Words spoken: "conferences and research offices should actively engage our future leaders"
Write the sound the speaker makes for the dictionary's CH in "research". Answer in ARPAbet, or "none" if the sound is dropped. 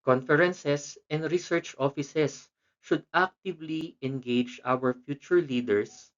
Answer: CH